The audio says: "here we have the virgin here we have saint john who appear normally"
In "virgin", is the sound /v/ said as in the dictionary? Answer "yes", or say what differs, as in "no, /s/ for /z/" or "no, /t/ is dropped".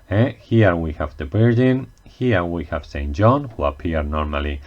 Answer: no, /b/ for /v/